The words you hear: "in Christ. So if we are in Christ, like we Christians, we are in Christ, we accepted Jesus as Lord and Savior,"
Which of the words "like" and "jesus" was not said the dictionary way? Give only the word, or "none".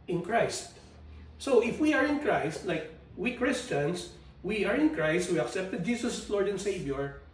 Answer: jesus